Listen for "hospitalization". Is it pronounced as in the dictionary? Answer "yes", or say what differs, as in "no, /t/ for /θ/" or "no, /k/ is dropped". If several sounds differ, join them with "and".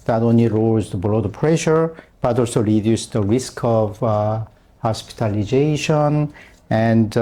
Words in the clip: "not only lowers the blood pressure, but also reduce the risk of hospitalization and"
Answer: yes